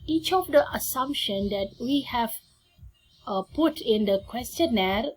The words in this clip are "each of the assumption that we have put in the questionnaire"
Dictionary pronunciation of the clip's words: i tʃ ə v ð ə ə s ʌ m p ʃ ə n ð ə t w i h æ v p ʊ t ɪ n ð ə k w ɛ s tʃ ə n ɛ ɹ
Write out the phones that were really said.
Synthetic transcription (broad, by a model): i tʃ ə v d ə ə s ʌ m p ʃ ə n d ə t w i h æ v p ʊ t ɪ n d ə k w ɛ s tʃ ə n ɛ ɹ